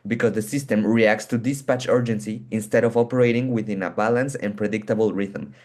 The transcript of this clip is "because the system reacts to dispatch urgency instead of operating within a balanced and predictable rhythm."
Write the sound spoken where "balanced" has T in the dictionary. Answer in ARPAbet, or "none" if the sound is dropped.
none